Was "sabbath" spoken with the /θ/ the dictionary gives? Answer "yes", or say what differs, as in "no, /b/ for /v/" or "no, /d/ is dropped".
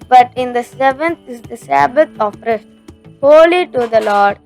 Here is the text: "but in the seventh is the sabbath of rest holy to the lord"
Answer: no, /t/ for /θ/